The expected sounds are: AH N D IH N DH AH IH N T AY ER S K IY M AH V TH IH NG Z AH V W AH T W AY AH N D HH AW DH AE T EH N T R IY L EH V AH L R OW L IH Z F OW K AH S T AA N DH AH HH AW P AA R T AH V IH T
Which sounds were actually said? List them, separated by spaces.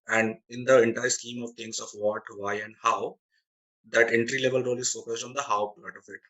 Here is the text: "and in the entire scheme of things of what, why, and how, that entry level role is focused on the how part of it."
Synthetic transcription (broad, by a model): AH N D IH N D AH IH N T AY ER S K IY M AH V T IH NG S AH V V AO T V AY AH N D HH AW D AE T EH N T R IY L EH V AH L R OW L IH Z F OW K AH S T AA N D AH HH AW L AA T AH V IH T